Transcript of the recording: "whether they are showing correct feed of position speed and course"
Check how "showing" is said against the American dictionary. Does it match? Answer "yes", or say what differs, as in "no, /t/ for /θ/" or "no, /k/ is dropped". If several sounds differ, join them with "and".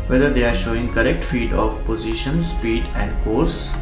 yes